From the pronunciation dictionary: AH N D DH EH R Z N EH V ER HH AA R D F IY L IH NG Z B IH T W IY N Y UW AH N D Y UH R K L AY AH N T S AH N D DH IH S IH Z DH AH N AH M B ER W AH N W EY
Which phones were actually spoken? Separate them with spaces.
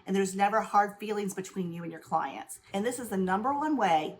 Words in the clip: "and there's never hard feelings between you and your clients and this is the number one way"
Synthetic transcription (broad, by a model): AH N DH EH R Z N EH V ER HH AA R D F IY L IH NG Z B IH T W IY N Y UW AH N Y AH R K L AY AH N T S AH N DH IH S IH Z DH AH N AH M B ER W AH N W EY